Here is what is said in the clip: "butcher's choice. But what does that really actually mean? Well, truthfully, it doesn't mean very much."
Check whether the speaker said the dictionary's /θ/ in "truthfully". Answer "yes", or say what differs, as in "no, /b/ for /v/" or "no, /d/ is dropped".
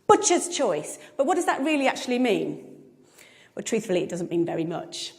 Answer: yes